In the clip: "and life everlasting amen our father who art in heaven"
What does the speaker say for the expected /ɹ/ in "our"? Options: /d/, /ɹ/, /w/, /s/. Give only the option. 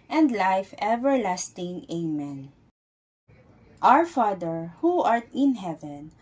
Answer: /ɹ/